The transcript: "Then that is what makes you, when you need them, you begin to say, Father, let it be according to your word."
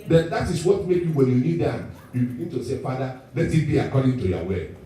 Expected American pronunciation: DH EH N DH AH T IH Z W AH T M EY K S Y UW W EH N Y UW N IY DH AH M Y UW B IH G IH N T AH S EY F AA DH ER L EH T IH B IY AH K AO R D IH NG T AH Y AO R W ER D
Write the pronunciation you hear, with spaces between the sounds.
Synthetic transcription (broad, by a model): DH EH N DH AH T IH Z W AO T M EY K Y UW W EH N Y UW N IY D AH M Y UW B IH G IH N T AH S EY F AA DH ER L EH T IH B IY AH K AO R D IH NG T AH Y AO W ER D